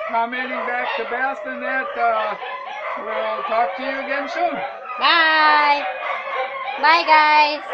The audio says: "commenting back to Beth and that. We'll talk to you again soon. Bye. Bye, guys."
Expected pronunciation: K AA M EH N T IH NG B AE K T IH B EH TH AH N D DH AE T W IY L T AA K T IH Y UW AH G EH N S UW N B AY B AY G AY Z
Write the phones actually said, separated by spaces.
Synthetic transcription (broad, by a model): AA M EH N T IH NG B AE K T IH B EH T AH N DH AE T W IY L T AA K T IH Y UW AH G EH N SH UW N B AY B AY G AY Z